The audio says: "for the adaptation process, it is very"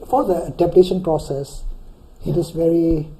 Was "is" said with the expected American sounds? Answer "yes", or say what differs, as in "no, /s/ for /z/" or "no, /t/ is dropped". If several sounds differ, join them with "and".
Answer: no, /s/ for /z/